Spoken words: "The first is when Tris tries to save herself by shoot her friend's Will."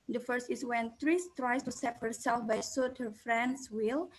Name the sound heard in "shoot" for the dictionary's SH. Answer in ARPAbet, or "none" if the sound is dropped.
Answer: S